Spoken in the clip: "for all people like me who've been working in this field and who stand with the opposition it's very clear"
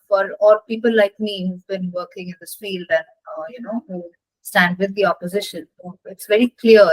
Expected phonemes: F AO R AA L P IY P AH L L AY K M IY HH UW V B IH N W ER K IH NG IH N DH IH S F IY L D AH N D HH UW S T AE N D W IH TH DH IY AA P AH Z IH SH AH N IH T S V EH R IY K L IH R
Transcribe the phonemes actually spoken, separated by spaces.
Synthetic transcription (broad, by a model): F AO R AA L P IY P AH L L AY K M IY HH UW V B IH N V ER K IH NG IH N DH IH S F IY L D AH N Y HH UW S T AE N D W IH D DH IY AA P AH Z IH SH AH N IH T S V EH R IY K L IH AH